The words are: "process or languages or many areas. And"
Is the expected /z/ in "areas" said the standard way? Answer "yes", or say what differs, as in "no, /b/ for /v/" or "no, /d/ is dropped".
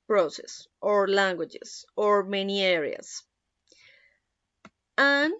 no, /s/ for /z/